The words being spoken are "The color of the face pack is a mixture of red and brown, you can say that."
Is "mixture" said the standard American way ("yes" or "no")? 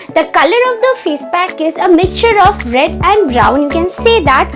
yes